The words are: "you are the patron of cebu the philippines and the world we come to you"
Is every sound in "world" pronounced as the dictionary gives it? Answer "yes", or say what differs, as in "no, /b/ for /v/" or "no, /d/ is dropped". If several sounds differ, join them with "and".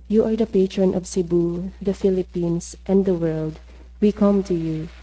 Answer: yes